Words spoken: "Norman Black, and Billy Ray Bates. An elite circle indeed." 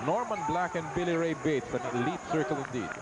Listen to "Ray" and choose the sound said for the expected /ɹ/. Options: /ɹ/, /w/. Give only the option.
/ɹ/